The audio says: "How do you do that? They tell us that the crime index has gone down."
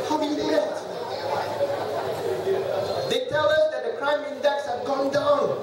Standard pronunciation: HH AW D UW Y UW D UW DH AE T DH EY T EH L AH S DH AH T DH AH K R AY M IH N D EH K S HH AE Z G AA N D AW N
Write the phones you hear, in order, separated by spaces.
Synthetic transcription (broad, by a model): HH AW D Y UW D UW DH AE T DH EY T EH L AH S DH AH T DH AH K R AY M IH N D EH K S HH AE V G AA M D AW N